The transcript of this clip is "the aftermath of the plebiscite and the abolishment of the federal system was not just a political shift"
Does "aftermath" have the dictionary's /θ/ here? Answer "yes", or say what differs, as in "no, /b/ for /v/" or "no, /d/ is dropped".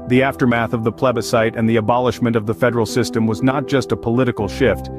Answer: yes